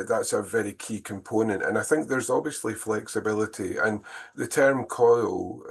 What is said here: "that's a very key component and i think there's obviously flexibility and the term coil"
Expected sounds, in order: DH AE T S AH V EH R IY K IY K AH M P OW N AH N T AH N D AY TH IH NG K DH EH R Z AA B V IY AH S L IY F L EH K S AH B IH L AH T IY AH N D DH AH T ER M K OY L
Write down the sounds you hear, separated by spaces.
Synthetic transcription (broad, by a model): DH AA T S AH V EH R IY K IY K AH M P OW N AH N T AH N AY TH IH NG K DH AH R Z AA B V IY AH S L IY F L EH K S AH B IH L AH T IY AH N DH AH T ER M K OY L